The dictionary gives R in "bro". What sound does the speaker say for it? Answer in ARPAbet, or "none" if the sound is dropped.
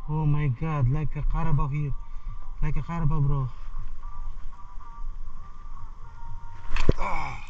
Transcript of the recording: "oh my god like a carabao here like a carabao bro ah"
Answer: R